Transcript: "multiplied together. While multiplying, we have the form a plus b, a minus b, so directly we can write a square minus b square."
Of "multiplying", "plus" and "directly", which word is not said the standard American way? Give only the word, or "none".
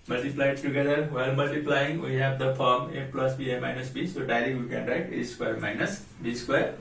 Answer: directly